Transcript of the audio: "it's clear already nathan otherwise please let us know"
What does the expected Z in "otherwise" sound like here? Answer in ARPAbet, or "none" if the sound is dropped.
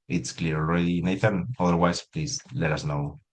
S